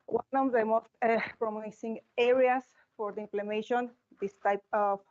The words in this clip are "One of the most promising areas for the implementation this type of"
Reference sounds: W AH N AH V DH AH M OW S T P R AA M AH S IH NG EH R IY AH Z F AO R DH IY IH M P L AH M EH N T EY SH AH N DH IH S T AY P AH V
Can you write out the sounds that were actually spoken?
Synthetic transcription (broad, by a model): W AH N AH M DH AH M OW S T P R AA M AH S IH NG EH R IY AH S F AO R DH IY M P L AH M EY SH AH N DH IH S T AY P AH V